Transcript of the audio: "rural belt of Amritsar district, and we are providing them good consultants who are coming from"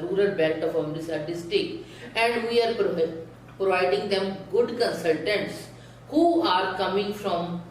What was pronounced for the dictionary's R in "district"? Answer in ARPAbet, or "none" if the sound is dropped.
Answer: none